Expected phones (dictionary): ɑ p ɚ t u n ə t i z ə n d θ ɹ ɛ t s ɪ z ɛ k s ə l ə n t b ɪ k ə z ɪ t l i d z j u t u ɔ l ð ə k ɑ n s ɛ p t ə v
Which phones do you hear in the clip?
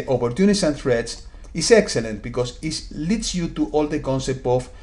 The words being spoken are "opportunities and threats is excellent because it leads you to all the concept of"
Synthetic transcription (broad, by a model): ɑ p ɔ t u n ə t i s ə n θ ɹ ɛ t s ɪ s ɛ k s ə l ə n t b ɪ k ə s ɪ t l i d s j u t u ɔ l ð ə k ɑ n s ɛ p t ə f